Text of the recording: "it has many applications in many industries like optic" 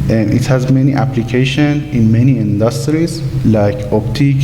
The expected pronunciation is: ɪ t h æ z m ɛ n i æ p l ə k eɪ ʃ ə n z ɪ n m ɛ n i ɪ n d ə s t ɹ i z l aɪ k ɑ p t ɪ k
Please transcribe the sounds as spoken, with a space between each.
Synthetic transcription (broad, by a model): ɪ t h æ z m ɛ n i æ p l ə k eɪ ʃ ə n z ɪ n m ɛ n i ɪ n d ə s t ɹ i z l aɪ k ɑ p t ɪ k